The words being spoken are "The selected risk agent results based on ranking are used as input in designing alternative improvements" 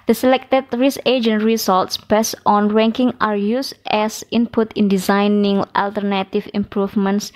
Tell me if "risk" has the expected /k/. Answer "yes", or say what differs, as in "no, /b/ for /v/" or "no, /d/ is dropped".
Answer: no, /k/ is dropped